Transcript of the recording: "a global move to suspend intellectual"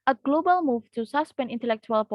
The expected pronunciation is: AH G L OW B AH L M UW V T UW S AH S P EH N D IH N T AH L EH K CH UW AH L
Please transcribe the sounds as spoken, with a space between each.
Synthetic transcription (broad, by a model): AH G L OW B AH L M UW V T UW S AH S P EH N IH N T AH L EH K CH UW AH L